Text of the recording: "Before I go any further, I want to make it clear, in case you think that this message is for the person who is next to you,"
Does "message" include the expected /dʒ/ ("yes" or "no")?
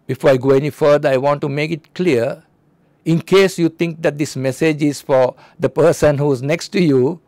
yes